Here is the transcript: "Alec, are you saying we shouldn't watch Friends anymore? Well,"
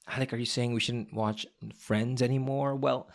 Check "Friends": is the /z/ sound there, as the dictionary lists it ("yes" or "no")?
yes